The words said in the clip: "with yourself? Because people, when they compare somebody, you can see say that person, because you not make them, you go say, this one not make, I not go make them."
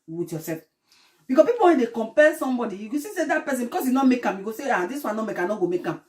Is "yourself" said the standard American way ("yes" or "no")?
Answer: no